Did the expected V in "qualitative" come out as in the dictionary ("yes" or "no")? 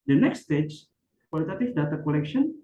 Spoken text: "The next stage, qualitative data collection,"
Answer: no